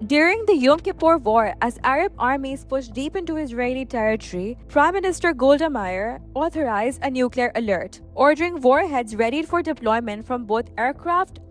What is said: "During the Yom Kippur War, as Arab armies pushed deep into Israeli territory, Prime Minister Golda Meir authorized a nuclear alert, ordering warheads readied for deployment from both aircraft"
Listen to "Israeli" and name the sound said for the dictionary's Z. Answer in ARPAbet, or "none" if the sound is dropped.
Z